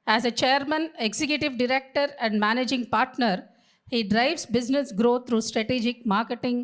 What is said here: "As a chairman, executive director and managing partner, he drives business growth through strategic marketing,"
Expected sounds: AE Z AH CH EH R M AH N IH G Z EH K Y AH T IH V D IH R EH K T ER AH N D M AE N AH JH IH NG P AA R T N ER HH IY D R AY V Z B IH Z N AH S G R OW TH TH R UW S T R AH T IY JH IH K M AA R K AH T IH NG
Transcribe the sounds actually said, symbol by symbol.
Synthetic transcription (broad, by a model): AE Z AH CH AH R M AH N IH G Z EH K Y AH T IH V D IH R EH K T ER AH N D M AE N AH JH IH NG P AA R T N ER HH IY D R AY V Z B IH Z N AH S G R OW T R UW S T R AH T IY JH IH K M AA R K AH T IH NG